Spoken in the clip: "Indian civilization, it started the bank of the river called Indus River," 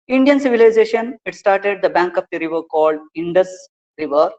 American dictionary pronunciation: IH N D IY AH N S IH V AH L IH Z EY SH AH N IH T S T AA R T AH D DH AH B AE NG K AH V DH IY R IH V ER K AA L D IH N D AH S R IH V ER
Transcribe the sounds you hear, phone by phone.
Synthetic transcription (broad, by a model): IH N D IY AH N S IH V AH L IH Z EY SH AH N IH T S T AA R T AH D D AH B AE NG K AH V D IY R IH V ER K AA L D IH N D AH S R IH V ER